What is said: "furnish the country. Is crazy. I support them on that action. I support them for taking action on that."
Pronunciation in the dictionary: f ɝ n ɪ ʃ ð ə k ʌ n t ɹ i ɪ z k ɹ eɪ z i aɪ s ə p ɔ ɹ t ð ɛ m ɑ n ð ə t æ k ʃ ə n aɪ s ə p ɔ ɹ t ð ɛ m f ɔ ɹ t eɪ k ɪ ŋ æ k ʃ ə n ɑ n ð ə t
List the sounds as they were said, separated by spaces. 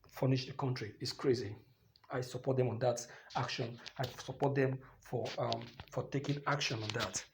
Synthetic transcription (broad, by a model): f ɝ n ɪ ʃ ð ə k ʌ n t ɹ i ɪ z k ɹ eɪ z i aɪ s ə p ɔ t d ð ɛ m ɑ n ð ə t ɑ k ʃ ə n aɪ s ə p ɔ t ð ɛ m f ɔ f t eɪ k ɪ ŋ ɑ k ʃ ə n ɑ n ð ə t